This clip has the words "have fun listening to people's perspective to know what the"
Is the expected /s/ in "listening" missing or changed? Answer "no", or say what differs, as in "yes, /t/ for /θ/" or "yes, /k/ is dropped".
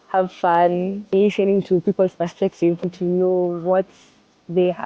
yes, /ʃ/ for /s/